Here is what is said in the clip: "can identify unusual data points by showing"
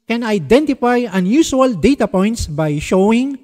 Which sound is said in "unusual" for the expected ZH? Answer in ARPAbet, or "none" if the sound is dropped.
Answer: S